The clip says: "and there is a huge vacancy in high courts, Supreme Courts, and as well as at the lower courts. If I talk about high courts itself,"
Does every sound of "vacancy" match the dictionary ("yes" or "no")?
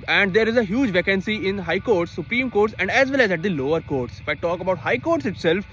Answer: yes